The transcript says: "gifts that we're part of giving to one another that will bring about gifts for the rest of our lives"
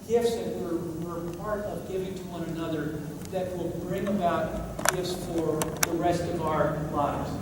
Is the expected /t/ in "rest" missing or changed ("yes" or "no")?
no